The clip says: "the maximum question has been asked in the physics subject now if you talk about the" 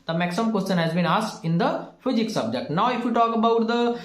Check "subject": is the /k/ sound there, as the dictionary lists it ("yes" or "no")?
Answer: yes